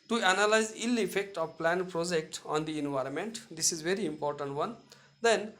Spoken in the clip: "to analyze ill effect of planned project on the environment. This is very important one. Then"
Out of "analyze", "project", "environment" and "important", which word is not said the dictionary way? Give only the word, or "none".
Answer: none